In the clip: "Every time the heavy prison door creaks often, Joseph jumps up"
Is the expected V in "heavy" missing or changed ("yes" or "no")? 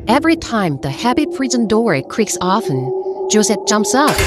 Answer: yes